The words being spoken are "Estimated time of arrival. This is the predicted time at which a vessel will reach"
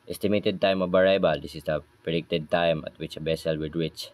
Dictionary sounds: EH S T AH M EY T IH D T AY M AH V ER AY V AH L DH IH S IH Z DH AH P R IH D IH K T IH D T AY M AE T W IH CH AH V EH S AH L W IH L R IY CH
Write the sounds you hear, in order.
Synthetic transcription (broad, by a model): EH S T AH M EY T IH D T AY M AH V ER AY B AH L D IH S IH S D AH P R IH D IH K T IH D T AY M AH T W IH CH AH B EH S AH L W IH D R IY CH